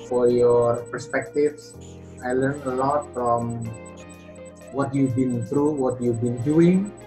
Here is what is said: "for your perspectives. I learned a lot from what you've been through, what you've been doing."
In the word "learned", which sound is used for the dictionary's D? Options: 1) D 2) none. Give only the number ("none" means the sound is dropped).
2